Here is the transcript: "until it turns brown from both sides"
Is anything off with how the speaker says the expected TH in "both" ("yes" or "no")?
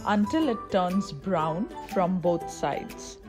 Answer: yes